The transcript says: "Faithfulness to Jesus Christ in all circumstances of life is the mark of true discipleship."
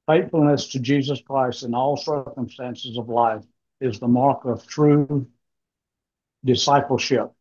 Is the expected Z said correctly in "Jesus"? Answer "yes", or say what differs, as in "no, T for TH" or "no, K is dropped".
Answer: yes